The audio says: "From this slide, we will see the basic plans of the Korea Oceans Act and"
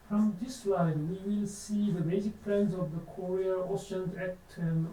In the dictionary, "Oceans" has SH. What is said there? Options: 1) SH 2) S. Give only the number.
2